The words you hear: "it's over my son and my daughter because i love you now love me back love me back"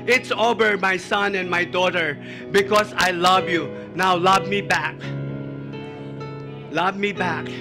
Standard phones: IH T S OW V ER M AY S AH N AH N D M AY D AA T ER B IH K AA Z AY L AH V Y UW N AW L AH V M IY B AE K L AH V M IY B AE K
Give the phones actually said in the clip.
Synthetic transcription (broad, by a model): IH T S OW B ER M AY S AH N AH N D M AY D AA T ER B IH K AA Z AY L AH V Y UW N AW L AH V M IY B AE K L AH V M IY B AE K